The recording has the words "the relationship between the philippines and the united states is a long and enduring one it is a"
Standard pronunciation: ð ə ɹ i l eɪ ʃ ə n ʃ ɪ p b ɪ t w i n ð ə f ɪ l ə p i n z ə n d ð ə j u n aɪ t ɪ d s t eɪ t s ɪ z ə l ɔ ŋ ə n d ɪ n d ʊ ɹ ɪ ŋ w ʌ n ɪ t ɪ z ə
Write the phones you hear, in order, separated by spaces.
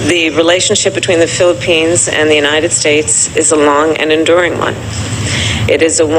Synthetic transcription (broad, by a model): ð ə ɹ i l eɪ ʃ n ʃ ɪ p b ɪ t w i n ð ə f ɪ l ə p i n z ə n ð ə j u n aɪ t ɪ d s t eɪ t s ɪ z ə l ɔ ŋ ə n ɪ n d ʊ ɹ ɪ ŋ w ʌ n ɪ t ɪ z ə